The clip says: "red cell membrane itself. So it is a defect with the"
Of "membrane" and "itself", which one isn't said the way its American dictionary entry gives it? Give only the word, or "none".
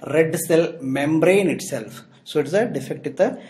none